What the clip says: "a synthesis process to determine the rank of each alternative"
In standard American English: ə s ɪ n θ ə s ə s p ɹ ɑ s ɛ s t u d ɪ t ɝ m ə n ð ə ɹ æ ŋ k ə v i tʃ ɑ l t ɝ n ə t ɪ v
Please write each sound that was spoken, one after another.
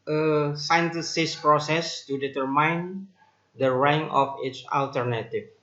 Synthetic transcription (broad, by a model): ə s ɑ n t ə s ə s p ɹ ɑ s ɛ s t u d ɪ t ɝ m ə n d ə ɹ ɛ ŋ ə f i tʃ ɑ l t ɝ n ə t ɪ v